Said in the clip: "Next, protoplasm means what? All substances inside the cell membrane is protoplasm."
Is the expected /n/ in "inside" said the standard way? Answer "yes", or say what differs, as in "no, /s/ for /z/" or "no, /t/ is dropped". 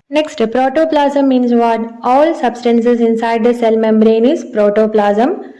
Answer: yes